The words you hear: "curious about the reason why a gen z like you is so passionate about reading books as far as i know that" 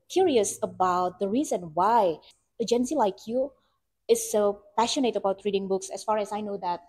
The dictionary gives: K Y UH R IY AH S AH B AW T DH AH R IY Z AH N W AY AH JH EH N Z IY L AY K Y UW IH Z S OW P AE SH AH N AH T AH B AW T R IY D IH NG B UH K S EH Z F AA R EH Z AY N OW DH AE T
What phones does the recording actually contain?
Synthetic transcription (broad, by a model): K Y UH R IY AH S AH B AW T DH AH R IY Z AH N W AY AH JH EH N S IY L AY K Y UW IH S OW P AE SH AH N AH T AH B AW T R IY D IH NG B UH K S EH S F AA R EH S AY N OW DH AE T